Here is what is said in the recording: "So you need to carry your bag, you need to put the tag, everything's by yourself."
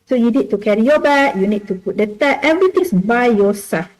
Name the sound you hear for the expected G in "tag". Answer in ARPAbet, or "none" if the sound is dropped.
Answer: none